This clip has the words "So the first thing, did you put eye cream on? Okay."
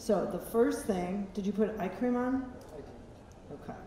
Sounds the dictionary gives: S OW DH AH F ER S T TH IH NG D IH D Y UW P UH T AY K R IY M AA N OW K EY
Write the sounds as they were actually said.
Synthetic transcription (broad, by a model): S OW DH AH F ER S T TH IH NG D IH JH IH P UH T AY K R IY M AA N OW K EY